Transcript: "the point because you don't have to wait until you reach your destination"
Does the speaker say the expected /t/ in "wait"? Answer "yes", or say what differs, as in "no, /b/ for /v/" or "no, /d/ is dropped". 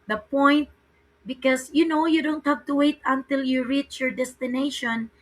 yes